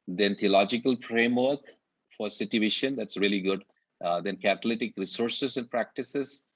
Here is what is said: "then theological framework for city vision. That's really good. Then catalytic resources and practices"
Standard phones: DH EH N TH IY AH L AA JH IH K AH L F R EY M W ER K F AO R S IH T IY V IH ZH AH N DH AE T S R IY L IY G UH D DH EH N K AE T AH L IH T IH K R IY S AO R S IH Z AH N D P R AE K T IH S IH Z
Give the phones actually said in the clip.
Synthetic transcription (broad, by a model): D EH N T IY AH L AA JH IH K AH L F R EY M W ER K F AO R S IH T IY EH SH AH N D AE T S R IY L IY G UH D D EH N K AE T AH L IH T IH K R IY S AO R S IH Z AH N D P R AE K T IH S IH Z